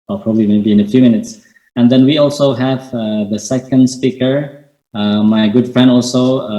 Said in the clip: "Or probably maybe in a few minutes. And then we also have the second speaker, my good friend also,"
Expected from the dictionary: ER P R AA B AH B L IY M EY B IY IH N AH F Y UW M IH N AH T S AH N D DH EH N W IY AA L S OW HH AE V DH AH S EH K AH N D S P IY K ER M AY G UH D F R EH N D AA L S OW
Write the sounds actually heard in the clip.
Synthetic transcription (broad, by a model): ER P R AA B AH B L IY M EY B IY IH N AH F Y UW M IH N AH T S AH N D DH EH N W IY AA L S OW HH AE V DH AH S EH K AH N D S P IY K ER M AY G UH D F R EH N D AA L S OW